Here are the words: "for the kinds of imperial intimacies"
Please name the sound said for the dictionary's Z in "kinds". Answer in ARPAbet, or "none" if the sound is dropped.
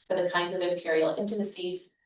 Z